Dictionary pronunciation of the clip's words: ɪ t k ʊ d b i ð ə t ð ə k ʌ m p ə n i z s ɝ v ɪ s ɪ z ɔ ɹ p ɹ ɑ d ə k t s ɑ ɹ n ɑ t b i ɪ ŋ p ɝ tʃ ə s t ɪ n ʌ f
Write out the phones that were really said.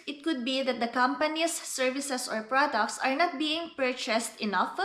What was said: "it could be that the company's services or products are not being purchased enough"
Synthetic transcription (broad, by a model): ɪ t k ʊ d b i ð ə t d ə k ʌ m p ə n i s ɝ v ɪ s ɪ s ɔ ɹ p ɹ ɑ d ə k t s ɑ ɹ n ɑ t b i ɪ ŋ p ɝ tʃ ə s t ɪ n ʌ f